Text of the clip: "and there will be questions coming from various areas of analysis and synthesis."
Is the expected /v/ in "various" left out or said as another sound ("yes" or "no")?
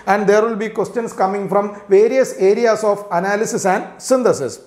no